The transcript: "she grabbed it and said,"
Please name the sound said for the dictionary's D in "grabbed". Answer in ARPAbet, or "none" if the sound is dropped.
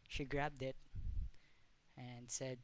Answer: D